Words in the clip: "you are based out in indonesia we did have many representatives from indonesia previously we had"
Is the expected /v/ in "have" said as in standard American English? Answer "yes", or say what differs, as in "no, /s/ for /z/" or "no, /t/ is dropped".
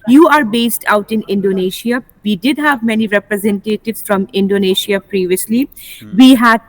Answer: yes